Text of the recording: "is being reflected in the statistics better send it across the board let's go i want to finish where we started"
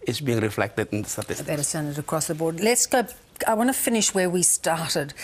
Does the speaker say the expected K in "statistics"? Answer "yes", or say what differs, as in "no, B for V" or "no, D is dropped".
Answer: no, K is dropped